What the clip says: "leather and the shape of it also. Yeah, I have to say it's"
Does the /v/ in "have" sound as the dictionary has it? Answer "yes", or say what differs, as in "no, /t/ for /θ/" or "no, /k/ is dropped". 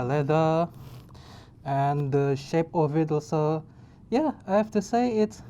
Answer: no, /f/ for /v/